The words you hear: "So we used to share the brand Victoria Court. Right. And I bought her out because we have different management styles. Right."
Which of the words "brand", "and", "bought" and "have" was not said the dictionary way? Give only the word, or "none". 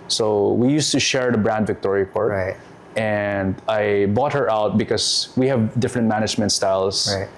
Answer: none